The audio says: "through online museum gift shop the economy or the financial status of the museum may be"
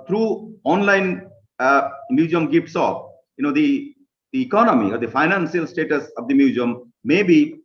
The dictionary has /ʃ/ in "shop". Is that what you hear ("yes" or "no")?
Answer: no